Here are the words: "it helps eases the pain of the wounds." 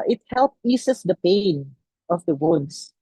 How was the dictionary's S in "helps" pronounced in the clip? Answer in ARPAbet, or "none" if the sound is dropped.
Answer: none